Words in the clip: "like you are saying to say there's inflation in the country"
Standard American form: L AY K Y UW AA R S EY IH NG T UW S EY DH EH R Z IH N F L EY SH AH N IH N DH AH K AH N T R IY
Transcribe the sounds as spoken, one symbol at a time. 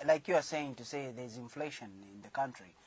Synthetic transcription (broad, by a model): L AY K Y UW AA R S EY IH NG T UW S EY DH EH R Z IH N F L EY SH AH N IH N DH AH K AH N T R IY